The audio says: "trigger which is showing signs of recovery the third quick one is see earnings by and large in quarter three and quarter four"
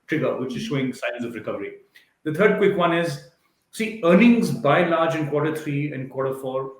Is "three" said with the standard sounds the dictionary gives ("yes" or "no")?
no